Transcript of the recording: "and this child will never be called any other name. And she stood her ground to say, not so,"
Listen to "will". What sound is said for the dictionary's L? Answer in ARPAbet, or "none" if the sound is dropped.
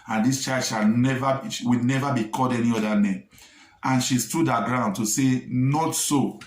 W